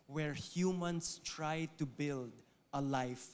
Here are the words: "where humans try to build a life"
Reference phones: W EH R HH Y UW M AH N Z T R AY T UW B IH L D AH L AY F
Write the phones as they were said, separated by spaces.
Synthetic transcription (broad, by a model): W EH R HH Y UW M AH N S T R AY T UW B IH L D AH L AY F